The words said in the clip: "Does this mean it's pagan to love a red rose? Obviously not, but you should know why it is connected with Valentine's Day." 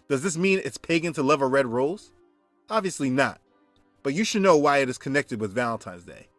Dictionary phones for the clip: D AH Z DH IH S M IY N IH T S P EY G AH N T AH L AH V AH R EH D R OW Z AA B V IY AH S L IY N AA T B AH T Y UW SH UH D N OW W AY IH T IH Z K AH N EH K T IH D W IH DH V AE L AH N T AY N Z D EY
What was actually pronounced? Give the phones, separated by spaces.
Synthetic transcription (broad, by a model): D AH Z DH IH S M IY N IH T S P EY G AH N T AH L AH V AH R EH D R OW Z AA B V IY AH S L IY N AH T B AH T Y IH SH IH D N OW W AY IH T IH Z K AH N EH K T IH D W IH DH V AE L AH N T AY N Z D EY